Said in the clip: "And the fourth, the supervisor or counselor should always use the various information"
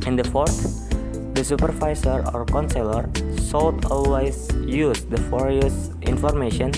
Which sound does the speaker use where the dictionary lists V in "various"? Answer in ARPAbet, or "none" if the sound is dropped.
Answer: F